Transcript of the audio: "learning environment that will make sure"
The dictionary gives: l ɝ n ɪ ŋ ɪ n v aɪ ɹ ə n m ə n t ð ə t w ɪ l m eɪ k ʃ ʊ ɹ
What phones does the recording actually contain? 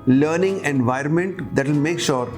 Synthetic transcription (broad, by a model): l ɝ n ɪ ŋ ɪ n v aɪ ɹ ə n m ə n t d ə t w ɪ l m eɪ k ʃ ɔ ɹ